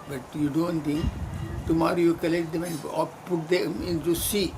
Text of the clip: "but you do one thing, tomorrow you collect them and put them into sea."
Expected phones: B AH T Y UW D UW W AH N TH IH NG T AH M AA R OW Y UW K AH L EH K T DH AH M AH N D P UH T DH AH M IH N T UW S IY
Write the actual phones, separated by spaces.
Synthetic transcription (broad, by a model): B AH T Y UW D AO N T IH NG T AH M AA R OW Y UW K AH L EH K T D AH M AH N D P UH T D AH M IH N T UW S IY